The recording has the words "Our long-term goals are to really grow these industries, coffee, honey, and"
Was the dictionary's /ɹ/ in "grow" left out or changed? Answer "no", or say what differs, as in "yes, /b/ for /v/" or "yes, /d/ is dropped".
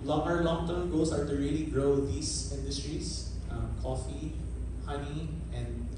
no